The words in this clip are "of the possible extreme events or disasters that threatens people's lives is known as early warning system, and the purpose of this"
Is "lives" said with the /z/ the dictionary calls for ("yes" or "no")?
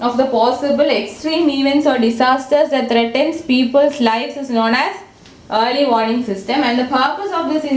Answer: no